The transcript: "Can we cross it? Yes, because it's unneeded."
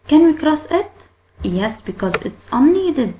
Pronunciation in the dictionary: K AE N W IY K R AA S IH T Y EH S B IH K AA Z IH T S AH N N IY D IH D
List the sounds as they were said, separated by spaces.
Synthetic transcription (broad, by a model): K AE N W IY K R AA S IH T Y EH S B IH K AA Z IH T S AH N N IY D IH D